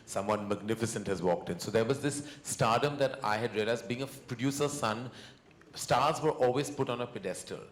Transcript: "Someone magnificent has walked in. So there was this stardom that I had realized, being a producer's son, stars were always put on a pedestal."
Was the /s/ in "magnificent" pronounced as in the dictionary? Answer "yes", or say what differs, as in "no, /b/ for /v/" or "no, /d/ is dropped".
yes